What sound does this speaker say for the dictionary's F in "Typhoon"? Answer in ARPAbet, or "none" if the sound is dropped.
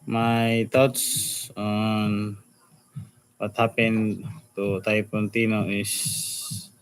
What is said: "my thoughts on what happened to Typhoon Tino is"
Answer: P